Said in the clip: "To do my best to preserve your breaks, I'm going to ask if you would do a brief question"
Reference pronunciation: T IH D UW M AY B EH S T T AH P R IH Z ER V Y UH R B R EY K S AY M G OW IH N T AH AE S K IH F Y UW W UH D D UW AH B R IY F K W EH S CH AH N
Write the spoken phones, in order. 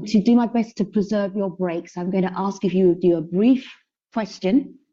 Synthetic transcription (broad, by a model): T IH D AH M AY B EH S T T AH P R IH Z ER V Y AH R B R EY K S AY M G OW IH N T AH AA S K IH F Y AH W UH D D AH AH B R IY F K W EH S CH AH N